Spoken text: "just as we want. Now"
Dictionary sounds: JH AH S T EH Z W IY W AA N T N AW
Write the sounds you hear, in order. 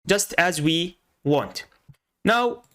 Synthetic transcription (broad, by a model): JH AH S T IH Z W IY W AA N T N AW